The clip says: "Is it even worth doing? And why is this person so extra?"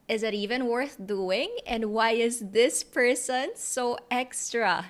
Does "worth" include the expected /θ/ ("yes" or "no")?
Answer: yes